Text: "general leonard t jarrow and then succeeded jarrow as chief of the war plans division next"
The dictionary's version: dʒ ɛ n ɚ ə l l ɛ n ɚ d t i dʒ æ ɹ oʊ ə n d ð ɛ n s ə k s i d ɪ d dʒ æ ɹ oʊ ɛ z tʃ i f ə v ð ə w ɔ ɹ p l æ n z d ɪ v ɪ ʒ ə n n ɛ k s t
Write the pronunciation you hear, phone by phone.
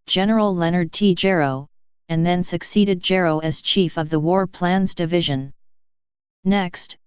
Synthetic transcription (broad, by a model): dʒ ɛ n ɚ l l ɛ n ɚ d t i dʒ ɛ ɹ oʊ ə n ð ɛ n s ə k s i d ɪ d dʒ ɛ ɹ oʊ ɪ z tʃ i f ə v ð ə w ɔ ɹ p l æ n z d ɪ v ɪ ʒ ə n n ɛ k s t